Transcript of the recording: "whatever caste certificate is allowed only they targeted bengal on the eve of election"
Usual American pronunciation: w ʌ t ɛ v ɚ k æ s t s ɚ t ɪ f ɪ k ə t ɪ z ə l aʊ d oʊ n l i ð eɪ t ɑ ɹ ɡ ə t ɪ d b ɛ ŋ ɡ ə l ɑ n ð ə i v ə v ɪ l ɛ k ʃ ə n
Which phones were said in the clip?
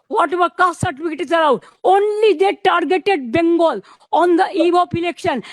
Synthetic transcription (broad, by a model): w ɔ t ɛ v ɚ k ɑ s s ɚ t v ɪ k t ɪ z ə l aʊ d oʊ n l i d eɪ t ɑ ɹ ɡ ə t ɪ d b ɛ ŋ ɡ ə l ɑ n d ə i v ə p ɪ l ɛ k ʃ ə n